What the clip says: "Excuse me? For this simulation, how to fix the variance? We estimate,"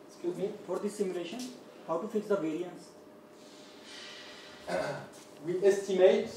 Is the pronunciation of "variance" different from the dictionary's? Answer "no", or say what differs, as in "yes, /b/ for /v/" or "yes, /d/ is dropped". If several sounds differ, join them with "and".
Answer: no